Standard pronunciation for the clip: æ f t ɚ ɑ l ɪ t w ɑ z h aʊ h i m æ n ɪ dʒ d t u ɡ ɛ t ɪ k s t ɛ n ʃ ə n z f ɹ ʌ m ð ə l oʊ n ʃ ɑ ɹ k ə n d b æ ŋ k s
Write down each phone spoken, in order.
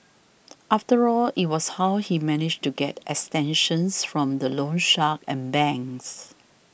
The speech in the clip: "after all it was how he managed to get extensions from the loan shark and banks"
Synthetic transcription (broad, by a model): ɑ f t ɚ ɑ l ɪ t w ɑ s h aʊ h i m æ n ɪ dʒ t u ɡ ɛ t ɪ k s t ɛ n ʃ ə n s f ɹ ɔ m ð ə l oʊ n ʃ ɑ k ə n b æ ŋ s